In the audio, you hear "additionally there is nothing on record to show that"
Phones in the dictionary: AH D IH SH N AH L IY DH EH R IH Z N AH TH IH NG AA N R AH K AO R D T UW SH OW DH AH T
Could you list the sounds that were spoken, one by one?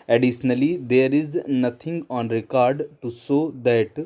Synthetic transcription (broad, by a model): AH D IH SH N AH L IY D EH R IH Z N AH T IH NG AA N R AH K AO R D T UW S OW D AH T